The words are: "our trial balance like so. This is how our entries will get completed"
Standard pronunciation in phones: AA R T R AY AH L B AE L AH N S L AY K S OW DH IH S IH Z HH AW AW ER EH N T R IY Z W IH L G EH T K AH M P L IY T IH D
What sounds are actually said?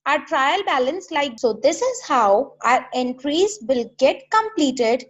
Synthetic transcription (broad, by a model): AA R T R AY AH L B AE L AH N S L AY K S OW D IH S IH Z HH AW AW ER EH N T R IY Z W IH L G EH T K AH M P L IY T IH D